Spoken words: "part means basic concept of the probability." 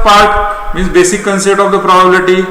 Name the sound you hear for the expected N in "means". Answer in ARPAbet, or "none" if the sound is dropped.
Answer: none